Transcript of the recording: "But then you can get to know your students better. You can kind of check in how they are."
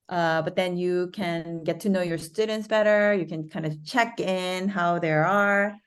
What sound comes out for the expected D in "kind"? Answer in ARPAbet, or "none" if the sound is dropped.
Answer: D